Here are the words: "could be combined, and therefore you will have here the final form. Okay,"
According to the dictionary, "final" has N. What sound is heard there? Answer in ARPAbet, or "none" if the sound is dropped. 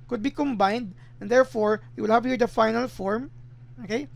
N